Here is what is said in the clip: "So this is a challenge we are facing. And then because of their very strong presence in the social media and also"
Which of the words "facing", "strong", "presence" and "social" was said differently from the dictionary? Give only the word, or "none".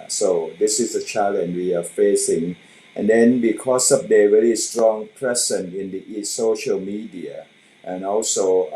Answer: presence